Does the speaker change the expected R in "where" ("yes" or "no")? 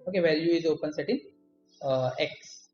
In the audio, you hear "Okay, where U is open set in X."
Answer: yes